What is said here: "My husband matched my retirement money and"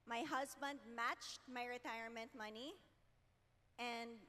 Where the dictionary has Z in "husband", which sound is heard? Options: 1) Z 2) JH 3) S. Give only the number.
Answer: 1